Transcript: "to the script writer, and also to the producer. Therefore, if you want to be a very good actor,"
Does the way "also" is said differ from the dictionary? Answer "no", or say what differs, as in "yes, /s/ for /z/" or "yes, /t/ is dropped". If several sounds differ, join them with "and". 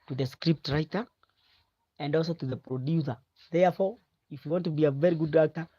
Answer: no